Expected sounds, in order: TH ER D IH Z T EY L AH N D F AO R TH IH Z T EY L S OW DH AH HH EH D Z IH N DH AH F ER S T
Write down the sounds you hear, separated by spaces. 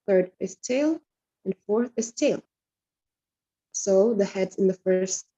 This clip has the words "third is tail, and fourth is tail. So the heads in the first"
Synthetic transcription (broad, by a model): TH ER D IH Z T EY L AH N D F AO R TH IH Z T EY L S OW DH AH HH EH D Z IH N DH AH F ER S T